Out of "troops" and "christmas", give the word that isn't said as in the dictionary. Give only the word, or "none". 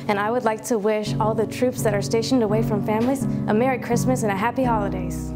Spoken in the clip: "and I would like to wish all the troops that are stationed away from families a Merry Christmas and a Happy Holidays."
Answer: none